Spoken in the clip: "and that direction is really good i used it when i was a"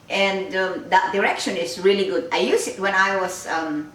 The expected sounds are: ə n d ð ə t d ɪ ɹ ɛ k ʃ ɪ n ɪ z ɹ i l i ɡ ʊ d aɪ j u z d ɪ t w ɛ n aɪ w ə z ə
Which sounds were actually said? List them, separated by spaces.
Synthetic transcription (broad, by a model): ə n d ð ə t d ɪ ɹ ɛ k ʃ ɪ n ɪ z ɹ i l i ɡ ʊ d aɪ j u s ɪ t w ɛ n aɪ w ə s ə